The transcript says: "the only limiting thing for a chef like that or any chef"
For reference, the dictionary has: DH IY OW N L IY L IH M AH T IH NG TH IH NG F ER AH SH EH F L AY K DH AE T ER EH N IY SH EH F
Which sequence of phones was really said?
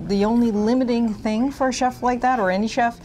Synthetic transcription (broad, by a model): DH IY OW N L IY L IH M AH T IH NG TH IH NG F ER AH SH EH F L AY K DH AE T ER EH N IY SH EH F